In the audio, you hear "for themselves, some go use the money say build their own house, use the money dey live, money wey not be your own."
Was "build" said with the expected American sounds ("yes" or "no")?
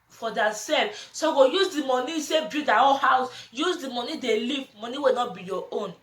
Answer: no